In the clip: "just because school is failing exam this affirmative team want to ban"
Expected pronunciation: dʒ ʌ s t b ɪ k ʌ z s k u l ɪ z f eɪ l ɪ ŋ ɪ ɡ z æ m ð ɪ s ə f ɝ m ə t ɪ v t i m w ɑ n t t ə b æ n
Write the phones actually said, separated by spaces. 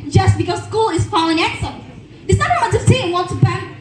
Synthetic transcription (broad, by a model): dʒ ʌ s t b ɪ k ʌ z s k u l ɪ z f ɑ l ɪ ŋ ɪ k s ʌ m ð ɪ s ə ɝ ə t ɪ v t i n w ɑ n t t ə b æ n